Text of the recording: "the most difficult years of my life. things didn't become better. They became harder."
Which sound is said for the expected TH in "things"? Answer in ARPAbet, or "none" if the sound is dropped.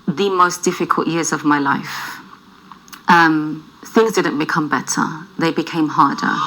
TH